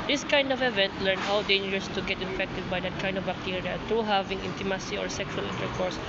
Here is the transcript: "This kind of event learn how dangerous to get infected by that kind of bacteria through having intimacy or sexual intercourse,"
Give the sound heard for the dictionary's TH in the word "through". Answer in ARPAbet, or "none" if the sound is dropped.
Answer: T